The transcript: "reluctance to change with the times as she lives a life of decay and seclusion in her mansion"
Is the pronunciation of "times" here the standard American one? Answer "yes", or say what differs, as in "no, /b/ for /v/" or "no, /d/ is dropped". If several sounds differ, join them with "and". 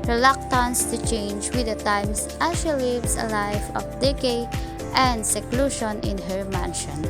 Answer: no, /s/ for /z/